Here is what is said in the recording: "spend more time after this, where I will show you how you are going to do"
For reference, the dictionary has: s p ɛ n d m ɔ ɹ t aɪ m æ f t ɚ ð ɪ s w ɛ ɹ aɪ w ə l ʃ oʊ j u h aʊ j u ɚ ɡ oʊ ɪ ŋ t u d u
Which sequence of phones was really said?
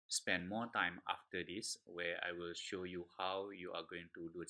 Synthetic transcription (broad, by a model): s p ɛ n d m ɔ t aɪ m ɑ f t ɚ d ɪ s w ɛ aɪ w ə l ʃ oʊ j u h aʊ j u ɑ ɡ oʊ ɪ ŋ t u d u